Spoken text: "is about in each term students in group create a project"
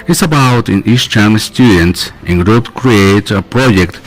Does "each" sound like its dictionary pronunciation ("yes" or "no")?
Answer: no